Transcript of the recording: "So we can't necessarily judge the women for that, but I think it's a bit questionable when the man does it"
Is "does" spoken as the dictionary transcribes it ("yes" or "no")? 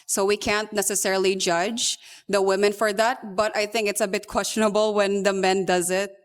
yes